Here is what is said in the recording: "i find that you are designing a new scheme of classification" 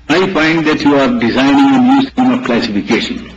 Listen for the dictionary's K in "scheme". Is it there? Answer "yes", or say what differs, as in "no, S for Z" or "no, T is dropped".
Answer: no, K is dropped